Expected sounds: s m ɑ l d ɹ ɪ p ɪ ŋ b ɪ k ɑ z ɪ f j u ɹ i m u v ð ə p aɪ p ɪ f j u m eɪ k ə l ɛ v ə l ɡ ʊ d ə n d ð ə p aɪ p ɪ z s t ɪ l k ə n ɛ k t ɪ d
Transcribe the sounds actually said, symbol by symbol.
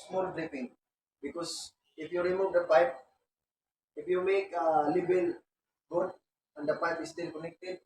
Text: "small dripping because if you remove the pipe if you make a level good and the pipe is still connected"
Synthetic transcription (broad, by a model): s m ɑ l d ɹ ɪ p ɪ ŋ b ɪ k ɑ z ɪ f j u ɹ i m u v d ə p aɪ p ɪ f j u m eɪ k ə l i b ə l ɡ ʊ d ə n d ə p aɪ p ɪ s t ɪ l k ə n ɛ k t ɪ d